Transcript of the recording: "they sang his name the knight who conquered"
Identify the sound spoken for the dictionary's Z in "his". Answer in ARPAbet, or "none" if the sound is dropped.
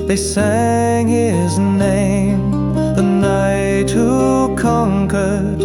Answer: Z